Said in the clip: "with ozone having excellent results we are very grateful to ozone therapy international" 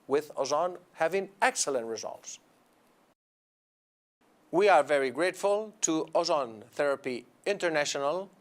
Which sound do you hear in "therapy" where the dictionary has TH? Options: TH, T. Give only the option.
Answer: TH